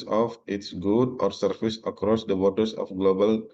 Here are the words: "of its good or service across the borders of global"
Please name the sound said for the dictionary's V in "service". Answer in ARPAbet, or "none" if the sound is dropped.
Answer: F